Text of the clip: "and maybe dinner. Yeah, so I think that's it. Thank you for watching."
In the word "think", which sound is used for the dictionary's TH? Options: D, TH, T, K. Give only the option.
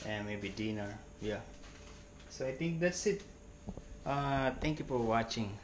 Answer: T